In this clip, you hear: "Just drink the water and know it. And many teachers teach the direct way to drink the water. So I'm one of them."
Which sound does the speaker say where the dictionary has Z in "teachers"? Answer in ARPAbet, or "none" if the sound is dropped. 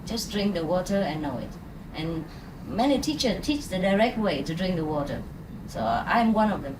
none